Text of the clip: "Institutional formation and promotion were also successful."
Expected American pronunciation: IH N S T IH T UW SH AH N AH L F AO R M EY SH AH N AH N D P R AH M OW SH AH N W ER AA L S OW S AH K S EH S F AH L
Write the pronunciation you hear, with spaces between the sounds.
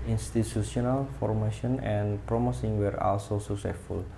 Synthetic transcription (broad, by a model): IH N S T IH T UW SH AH N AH L F AO R M EY SH AH N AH N P R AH M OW S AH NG W ER AA L S OW S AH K S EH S F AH L